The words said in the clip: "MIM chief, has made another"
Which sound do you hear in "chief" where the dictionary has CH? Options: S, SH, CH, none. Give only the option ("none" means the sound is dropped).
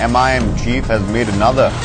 CH